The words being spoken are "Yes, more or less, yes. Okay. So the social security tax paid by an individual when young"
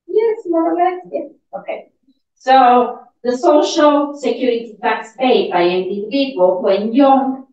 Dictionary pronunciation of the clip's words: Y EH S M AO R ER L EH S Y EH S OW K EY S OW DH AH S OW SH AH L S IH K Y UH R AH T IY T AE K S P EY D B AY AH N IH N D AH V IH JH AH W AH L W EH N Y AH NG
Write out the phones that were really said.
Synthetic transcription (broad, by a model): Y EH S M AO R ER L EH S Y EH OW K EY S OW DH AH S OW SH AH L S IH K Y UH R AH T IY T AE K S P EY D B AY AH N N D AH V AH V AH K W EH N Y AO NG